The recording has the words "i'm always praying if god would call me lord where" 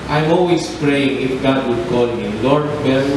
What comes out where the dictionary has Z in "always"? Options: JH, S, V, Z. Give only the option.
S